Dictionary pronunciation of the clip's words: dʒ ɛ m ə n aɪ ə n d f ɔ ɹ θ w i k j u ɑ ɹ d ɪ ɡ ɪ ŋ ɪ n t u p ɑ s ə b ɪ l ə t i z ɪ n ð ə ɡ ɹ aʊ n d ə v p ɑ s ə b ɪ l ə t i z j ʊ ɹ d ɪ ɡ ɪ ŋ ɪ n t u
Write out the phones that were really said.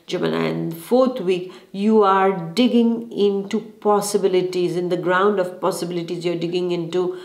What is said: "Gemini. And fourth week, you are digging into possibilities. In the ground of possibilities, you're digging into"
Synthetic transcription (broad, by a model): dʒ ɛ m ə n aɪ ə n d f ɔ ɹ t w i k j u ɑ ɹ d ɪ ɡ ɪ ŋ ɪ n t u p ɑ s ə b ɪ l ə t i z ɪ n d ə ɡ ɹ aʊ n d ə v p ɑ s ə b ɪ l ə t i z j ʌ ɹ d ɪ ɡ ɪ ŋ ɪ n t u